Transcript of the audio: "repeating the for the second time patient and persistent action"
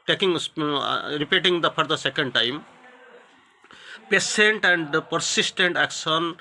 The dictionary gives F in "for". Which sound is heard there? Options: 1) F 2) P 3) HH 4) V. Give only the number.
2